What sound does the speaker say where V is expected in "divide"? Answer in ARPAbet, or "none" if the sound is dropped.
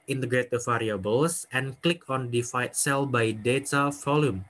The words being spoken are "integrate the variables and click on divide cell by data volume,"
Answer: F